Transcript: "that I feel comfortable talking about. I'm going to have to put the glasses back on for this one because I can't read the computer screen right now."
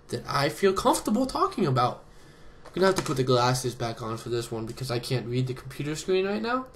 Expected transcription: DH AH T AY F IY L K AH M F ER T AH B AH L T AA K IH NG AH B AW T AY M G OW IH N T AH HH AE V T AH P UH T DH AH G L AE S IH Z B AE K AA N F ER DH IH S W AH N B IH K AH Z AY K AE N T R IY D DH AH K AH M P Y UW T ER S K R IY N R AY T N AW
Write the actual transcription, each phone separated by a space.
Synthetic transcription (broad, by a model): DH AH T AY F IY L K AH M F T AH B L T AA K IH NG AH B AW T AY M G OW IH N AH HH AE F T AH P UH T DH AH G L AE S IH Z B AE K N F ER DH IH S W AH N B IH K AH Z AY K AE N T R IY D DH AH K M P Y UW T ER S K R IY N R AY T N AW